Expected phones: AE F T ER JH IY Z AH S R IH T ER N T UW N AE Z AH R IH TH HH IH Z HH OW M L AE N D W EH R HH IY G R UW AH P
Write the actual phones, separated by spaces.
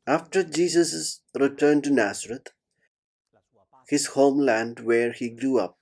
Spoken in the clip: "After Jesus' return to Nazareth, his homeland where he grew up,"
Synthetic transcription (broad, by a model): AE F T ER JH IY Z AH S R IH T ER N T UW N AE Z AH R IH T HH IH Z HH OW M L AE N D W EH R HH IY G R UW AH P